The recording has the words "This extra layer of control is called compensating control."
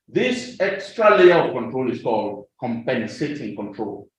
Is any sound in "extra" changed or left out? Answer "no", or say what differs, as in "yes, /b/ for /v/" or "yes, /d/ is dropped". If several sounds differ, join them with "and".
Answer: no